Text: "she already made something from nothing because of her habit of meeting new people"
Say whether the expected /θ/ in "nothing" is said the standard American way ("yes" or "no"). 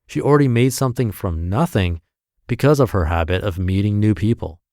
yes